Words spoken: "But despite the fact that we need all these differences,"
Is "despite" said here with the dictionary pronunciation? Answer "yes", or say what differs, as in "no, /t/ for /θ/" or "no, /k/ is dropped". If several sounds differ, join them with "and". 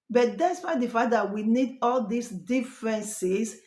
no, /f/ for /p/